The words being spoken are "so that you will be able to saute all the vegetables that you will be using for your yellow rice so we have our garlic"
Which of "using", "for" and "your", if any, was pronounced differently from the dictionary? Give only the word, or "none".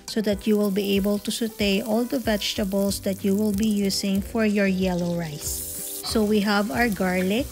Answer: using